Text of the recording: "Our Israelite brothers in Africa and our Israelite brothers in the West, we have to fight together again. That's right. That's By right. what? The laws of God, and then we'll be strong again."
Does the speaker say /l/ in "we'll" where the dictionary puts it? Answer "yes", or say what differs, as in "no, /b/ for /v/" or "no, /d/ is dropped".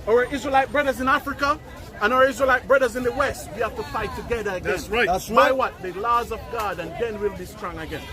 yes